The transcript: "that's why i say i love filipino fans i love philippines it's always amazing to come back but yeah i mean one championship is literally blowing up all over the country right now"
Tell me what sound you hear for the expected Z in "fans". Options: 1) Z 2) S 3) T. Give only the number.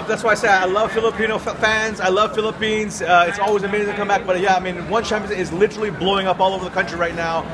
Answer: 1